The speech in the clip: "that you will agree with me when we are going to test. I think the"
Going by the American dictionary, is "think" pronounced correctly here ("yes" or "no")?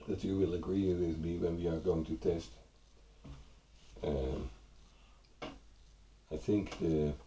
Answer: yes